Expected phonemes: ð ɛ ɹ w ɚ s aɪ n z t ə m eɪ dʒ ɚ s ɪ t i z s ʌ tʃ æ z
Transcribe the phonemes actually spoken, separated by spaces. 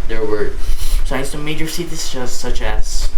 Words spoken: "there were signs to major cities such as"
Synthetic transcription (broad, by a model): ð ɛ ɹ w ɚ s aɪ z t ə m eɪ dʒ ɚ s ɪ s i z s ʌ tʃ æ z